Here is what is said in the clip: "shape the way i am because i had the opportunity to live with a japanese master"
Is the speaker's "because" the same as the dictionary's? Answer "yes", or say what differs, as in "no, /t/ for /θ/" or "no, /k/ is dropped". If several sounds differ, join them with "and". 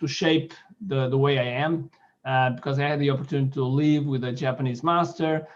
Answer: yes